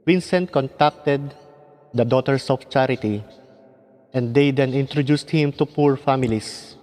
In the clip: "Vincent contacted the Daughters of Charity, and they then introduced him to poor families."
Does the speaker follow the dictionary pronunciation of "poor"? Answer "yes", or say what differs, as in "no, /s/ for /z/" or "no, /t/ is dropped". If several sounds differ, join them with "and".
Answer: yes